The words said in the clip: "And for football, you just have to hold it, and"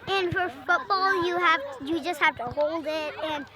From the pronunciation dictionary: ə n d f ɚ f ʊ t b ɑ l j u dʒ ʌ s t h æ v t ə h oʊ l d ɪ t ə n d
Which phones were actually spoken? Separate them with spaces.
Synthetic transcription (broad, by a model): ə n f ɚ f ʊ t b ɑ l j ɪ dʒ ʌ s t h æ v t ə h oʊ l d ɪ t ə n